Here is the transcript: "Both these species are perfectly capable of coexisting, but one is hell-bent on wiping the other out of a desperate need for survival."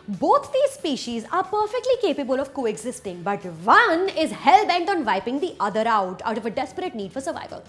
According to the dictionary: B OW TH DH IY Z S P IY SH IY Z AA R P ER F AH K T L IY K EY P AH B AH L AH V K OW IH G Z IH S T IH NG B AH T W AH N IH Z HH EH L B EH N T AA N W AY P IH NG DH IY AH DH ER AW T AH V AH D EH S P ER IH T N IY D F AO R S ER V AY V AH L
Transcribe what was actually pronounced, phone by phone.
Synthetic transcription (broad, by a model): B OW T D IY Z S P IY SH IY Z AA R P ER F AH K T L IY K EY P AH B AH L AH V K OW IH G Z IH S T IH NG B AH T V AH N IH Z HH EH L B EH N T AA N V AY P IH NG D IY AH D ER AW T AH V AH D EH S P ER IH T N IY D F AO R S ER V AY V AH L